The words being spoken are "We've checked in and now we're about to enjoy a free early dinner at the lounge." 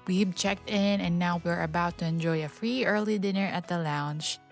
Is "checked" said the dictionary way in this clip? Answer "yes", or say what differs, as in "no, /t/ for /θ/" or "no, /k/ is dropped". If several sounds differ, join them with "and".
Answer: yes